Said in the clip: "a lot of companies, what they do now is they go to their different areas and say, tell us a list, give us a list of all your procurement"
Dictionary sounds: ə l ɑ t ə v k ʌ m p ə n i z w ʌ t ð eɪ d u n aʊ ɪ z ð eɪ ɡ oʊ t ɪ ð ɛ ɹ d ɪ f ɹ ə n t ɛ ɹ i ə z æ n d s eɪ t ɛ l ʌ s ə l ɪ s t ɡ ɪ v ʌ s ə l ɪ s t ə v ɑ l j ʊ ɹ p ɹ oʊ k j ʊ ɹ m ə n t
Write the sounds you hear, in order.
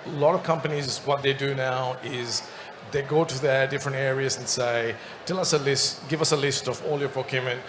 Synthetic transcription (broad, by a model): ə l ɑ t ə v k ʌ m p ə n i z w ʌ t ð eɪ d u n aʊ ɪ z ð eɪ ɡ oʊ t ɪ ð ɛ ɹ d ɪ f ɹ ə n t ɛ ɹ i ə z n s eɪ t ɛ l ʌ s ə l ɪ s t ɡ ɪ v ʌ s ə l ɪ s t ə v ɑ l j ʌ ɹ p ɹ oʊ k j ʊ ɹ m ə n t